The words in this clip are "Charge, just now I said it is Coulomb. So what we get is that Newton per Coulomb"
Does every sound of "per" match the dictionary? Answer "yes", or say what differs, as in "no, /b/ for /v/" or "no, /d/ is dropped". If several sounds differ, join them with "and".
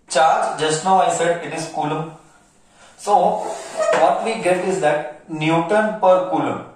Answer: yes